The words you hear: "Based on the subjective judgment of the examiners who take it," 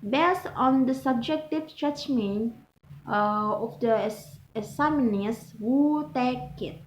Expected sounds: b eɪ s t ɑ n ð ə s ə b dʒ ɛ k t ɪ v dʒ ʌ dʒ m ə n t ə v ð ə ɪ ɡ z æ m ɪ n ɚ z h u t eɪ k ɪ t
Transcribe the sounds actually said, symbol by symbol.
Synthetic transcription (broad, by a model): b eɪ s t ɑ n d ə s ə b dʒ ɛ k t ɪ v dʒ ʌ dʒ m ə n ə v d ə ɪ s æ m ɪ n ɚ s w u t eɪ k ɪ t